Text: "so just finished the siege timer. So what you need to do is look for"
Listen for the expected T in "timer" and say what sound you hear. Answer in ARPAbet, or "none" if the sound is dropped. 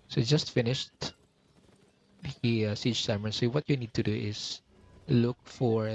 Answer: S